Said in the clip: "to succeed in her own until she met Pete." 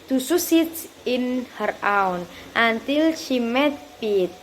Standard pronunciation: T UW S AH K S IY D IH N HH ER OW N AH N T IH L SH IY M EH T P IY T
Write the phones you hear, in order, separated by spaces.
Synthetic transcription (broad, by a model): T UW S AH S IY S IH N HH ER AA N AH N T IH L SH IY M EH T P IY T